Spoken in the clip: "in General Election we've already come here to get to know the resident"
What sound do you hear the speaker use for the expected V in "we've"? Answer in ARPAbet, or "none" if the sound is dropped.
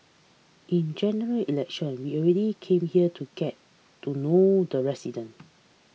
none